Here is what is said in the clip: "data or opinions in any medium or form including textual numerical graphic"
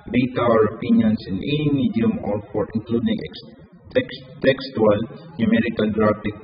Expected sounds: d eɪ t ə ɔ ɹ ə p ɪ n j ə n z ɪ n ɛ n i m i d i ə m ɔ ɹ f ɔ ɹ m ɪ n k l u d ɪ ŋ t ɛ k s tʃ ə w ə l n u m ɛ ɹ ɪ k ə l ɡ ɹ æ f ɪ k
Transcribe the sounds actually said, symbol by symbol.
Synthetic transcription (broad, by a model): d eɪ t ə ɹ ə p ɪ n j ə n s ɪ n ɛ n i m i d i ə m ɔ ɹ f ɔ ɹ ɪ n k l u d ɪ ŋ t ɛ k s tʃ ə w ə l n u m ɛ ɹ ɪ k ə l ɡ ɹ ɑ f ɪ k